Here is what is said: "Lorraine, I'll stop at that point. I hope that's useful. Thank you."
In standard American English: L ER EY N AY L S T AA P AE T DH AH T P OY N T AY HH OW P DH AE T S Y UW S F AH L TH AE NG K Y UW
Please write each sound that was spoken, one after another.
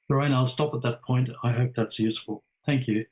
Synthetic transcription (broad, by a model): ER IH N AY L S T AA P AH T DH AH T P OY N T AY HH OW P DH AE T S Y UW S F AH L TH AE NG K Y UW